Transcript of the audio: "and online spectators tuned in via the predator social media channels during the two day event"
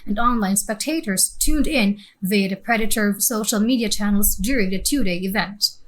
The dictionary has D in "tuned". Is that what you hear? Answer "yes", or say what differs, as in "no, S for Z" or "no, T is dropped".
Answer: yes